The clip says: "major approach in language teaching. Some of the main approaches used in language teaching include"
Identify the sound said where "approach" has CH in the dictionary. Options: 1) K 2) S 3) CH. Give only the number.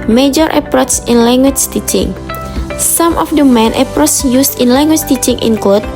2